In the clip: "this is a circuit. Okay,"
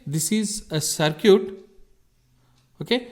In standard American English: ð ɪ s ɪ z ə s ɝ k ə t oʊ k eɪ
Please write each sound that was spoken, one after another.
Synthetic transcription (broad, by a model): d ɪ s ɪ z ə s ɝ k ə t oʊ k eɪ